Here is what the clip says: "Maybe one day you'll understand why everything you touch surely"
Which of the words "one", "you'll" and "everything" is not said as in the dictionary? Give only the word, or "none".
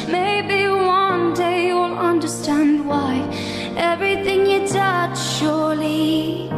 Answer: none